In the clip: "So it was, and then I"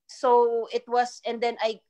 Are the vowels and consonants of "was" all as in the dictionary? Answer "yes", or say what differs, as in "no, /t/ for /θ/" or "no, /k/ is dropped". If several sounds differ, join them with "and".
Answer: no, /s/ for /z/